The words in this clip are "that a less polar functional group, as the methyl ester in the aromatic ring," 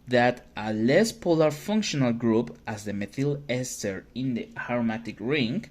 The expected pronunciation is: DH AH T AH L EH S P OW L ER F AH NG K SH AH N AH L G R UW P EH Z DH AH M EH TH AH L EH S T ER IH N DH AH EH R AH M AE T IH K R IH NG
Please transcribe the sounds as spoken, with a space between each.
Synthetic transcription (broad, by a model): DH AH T AH L EH S P OW L ER F AH NG K SH AH N AH L G R UW P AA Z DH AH M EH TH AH L EH S T ER IH N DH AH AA R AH M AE T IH K R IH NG